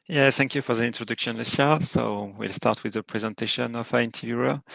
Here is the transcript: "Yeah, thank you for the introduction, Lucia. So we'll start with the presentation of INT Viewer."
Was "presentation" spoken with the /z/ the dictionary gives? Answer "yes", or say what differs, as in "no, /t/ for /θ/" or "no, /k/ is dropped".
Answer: yes